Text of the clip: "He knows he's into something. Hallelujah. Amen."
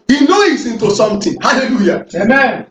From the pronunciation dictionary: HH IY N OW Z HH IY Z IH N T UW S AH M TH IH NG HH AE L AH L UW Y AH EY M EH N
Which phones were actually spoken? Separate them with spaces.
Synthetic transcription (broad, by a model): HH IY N OW HH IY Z IH N T UW S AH M T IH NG HH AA L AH L UW Y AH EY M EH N